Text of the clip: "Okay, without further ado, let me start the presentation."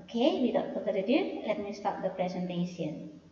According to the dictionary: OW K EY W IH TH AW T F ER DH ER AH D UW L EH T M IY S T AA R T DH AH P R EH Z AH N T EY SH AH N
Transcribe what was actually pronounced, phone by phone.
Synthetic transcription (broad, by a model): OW K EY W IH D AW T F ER ER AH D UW L EH T M IY S T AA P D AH P R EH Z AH N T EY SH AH N